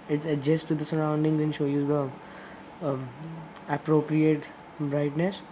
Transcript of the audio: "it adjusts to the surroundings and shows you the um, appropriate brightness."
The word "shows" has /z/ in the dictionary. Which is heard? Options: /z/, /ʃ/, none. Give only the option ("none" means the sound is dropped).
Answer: none